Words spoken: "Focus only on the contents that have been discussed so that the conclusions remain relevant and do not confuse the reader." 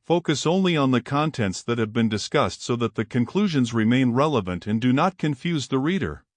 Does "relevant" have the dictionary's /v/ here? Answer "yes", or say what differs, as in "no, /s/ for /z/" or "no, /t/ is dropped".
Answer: yes